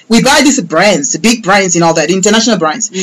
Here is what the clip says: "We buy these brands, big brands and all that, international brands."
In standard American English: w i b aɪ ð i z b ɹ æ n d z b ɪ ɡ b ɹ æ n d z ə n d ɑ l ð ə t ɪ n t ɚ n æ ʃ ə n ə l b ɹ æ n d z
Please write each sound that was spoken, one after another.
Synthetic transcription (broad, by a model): w i b aɪ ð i s b ɹ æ n d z b ɪ ɡ b ɹ æ n d z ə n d ɑ l ð ə t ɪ n t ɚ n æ ʃ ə n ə l b ɹ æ n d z